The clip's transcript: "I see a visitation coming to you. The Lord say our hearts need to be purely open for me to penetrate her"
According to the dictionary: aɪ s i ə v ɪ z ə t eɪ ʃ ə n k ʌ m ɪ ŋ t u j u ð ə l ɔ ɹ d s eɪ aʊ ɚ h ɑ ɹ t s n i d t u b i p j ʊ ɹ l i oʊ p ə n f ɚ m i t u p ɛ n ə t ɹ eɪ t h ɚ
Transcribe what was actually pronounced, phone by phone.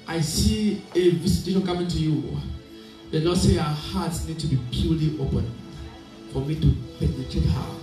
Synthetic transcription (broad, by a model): aɪ s i ə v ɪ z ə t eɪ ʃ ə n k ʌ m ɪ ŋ t u j u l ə n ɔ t s eɪ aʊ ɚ h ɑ t s n i d t u b i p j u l i oʊ p ə n f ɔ m i t u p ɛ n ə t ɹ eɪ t h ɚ